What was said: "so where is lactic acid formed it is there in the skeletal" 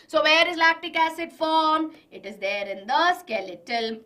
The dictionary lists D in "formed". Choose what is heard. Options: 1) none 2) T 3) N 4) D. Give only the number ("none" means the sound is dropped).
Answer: 1